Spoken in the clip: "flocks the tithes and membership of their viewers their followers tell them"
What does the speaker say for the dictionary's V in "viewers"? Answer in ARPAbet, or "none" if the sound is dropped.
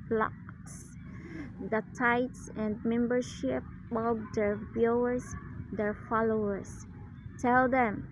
B